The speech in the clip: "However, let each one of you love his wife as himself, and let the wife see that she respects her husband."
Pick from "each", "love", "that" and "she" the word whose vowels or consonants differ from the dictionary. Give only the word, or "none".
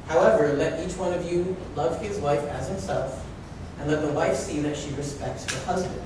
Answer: none